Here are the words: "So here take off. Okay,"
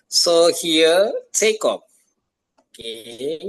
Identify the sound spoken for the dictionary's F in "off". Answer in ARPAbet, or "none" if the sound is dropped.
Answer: P